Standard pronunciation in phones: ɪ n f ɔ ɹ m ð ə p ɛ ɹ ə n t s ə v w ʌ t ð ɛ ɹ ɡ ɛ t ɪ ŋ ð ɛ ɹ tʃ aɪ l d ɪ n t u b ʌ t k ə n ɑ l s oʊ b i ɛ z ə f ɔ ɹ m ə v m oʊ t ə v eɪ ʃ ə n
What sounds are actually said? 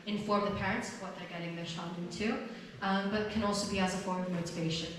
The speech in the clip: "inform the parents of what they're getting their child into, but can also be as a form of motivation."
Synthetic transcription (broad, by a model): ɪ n f ɔ ɹ m ð ə p ɛ ɹ ə n t s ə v w ʌ t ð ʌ ɹ ɡ ɛ t ɪ ŋ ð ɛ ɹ ʃ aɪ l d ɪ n t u b ʌ t k ə n ɑ l s oʊ b i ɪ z ə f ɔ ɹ m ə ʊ t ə v eɪ ʃ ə n